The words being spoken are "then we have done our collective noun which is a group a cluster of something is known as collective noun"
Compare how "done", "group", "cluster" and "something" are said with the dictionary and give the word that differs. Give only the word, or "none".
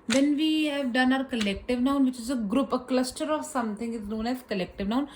something